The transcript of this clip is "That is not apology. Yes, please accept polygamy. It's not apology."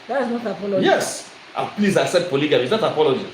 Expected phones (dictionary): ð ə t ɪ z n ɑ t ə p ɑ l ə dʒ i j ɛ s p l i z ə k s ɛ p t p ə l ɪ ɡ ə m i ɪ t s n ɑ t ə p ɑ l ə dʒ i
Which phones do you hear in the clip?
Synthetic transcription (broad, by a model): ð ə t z n ɑ t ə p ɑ l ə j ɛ s p l i z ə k s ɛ t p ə l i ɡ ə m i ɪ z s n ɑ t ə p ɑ l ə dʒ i